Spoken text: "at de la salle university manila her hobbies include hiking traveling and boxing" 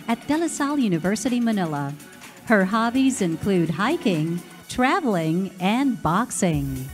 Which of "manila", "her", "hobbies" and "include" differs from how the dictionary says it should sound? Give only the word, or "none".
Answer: none